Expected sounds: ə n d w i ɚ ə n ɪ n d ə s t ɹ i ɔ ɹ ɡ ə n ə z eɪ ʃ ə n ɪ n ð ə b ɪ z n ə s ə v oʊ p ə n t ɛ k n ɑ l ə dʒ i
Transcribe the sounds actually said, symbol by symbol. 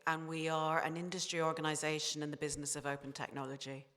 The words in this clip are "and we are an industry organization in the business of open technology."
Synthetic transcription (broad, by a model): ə n w i ɚ ə n ɪ n d ə s t ɹ i ɔ ɹ ɡ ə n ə z eɪ ʃ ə n ɪ n ð ə b ɪ z n ə s ə v oʊ p ə n t ɛ k n ɑ l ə dʒ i